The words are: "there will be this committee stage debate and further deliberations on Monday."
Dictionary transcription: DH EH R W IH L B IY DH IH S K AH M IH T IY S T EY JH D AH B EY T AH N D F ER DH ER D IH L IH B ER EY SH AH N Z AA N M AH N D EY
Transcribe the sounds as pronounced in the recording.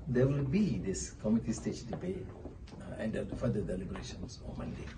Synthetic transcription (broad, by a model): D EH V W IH L B IY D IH S K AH M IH T IY S T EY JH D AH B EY AH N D F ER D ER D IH L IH B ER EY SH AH N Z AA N M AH N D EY